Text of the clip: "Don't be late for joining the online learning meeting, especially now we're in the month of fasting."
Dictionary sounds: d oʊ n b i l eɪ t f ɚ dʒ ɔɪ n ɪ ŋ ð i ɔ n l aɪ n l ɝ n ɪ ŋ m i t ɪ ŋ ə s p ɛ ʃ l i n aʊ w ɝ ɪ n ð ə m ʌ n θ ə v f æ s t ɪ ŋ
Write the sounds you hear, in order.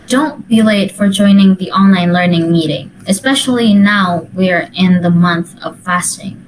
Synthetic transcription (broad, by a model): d oʊ n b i l eɪ t f ɚ dʒ ɔɪ n ɪ ŋ ð i ɔ n l aɪ n l ɝ n ɪ ŋ m i t ɪ ŋ ə s p ɛ ʃ l i n aʊ w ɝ ɪ n ð ə m ʌ n θ ə v f æ s t ɪ ŋ